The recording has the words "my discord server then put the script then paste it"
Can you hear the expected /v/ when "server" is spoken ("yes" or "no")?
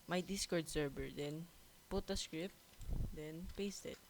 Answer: no